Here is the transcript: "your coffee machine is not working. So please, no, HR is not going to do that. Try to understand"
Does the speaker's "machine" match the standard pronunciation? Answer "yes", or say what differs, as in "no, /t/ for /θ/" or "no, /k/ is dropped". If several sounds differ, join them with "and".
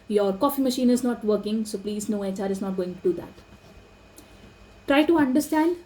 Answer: yes